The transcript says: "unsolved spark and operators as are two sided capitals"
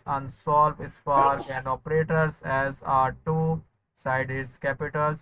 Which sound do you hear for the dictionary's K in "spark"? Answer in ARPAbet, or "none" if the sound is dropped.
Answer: none